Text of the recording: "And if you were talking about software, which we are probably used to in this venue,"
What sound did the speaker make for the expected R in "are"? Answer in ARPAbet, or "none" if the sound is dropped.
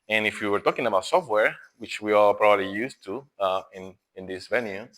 L